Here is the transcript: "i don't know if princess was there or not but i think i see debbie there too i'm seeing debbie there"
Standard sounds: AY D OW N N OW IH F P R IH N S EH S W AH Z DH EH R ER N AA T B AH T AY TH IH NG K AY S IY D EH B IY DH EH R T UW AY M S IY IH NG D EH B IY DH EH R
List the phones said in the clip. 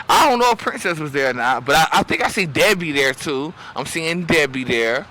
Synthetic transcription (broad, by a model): AY D OW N N OW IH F P R IH N S EH S W AH Z DH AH R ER N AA T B AH T AY TH IH NG K AY S IY D EH B IY DH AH R T UW AY M S IY IH NG D EH B IY DH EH R